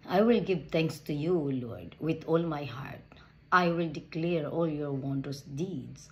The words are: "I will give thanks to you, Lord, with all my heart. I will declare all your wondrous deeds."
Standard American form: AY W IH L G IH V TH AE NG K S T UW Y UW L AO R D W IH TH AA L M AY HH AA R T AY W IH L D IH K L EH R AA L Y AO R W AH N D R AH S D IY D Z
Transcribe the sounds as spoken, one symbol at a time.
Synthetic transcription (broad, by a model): AY W IH L G IH V T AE NG K S T UW Y UW L AO R D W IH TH AA L M AY HH AA R T AY W IH L D IH K L EH R AA L Y AO R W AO N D AH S D IY D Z